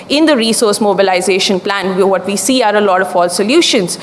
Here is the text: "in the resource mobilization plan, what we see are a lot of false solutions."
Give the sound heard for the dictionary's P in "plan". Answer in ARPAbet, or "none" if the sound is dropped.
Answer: P